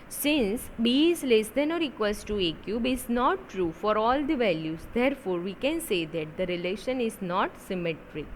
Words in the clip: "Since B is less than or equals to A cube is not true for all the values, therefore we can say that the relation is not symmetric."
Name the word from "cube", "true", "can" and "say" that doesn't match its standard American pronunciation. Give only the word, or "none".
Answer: none